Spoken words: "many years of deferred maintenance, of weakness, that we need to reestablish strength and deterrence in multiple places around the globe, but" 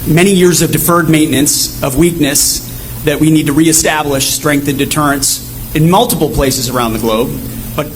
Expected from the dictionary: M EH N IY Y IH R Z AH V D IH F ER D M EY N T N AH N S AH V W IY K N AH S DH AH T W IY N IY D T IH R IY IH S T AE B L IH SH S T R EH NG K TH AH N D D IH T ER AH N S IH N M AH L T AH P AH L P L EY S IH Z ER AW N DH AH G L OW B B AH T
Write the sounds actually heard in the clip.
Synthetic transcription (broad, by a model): M EH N IY Y IH R Z AH V D IH F ER D M EY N N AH N S AH V W IY K N AH S DH AH T W IY N IY D T IH R IY IH S T AE B L IH SH S T R EH NG K TH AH N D D IH T ER AH N S IH N M AH L T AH P L P L EY S IH Z ER AW N DH AH G L OW B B AH T